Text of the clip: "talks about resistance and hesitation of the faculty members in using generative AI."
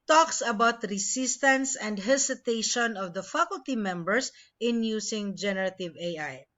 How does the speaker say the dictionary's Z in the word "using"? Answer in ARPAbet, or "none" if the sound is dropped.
S